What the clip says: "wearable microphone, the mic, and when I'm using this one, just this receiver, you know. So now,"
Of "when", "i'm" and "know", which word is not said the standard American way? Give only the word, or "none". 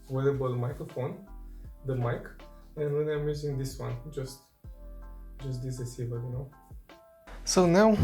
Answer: when